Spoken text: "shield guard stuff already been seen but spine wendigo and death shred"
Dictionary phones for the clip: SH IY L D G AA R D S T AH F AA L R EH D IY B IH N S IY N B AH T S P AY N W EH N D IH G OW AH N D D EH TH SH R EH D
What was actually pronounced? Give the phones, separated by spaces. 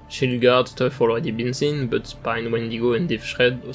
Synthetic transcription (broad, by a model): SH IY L G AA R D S T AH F AA L R EH D IY B IH N S IY N B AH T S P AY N W EH N D IH G OW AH N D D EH F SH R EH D